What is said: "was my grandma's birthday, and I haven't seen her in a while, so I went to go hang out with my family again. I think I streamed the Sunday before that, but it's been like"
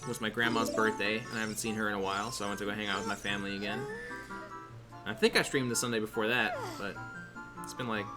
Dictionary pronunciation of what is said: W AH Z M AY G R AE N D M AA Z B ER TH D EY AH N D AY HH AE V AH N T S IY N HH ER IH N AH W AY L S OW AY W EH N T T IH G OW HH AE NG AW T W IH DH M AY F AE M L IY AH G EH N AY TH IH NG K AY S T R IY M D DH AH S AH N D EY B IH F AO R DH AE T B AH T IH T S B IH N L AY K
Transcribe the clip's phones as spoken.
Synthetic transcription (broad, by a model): W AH Z M AY G R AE N M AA Z B ER TH D EY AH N AY HH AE V N T S IY N ER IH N AH W AY L S OW AY W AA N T T IH G OW HH AE NG AW T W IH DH M AY F AE M L IY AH G EH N AY TH IH NG K AY S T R IY M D DH AH S AH N D EY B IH F AO R DH AE T B AH T IH T S B IH N L AY K